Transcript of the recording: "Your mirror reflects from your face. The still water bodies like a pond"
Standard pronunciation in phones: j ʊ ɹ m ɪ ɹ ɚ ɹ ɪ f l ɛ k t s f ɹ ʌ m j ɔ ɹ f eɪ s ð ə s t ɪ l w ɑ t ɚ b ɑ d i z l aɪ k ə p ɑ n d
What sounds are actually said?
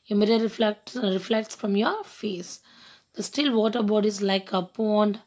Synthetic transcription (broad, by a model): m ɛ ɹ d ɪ l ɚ ɹ ɪ f l ɛ k t s f ɹ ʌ m j ɔ ɹ f eɪ s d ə s t ɪ l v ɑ t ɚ b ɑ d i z l aɪ k ə p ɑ n d